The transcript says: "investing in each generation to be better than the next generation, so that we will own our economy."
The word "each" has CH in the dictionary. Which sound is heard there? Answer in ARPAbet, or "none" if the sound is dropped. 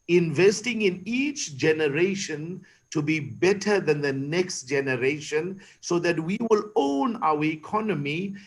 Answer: CH